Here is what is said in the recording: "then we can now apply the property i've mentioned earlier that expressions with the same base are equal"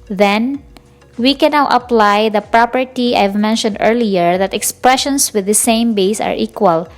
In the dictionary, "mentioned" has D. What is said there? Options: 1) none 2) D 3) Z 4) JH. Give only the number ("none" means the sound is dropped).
2